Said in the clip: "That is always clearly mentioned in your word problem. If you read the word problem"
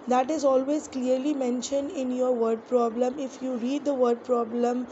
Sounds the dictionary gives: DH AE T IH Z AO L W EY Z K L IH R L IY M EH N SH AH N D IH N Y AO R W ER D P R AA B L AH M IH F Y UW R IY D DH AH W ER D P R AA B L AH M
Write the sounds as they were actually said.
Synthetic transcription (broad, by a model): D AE T IH Z AO L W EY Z K L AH R L IY M EH N SH AH N D IH N Y AO R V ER D P R AA B L AH M IH F Y UW R IY D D AH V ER D P R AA B L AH M